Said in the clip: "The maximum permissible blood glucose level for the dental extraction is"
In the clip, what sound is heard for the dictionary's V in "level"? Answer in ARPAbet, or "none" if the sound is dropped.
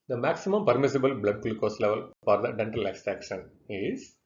V